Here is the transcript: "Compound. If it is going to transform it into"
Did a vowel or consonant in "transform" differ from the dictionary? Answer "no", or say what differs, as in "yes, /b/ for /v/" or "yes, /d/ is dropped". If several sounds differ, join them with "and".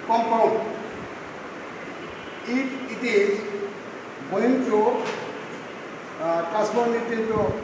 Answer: yes, /n/ is dropped